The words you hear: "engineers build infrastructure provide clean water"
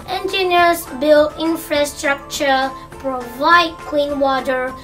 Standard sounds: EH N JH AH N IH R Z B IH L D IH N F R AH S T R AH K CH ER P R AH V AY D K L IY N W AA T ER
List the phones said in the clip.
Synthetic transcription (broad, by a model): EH N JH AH N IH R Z B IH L IH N F R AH S T R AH K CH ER P R AH V AY D K W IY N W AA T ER